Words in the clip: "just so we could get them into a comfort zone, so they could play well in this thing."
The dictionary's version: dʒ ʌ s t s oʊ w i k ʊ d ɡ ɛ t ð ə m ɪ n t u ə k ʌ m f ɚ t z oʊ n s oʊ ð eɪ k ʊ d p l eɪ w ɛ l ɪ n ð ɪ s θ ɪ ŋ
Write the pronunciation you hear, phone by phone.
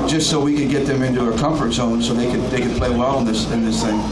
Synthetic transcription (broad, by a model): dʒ ʌ s t s oʊ w i k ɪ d ɡ ɛ t ð ə m ɪ n t u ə k ʌ m f ɚ t s oʊ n s oʊ ð eɪ k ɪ d p l eɪ w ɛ l ɪ n ð ɪ s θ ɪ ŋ